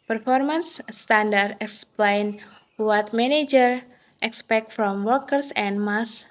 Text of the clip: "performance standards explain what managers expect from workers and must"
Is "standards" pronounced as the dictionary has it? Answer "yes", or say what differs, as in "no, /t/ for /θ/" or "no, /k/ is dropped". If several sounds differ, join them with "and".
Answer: no, /z/ is dropped